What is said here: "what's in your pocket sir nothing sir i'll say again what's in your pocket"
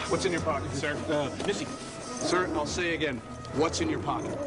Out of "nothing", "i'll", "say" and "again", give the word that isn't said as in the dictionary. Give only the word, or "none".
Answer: nothing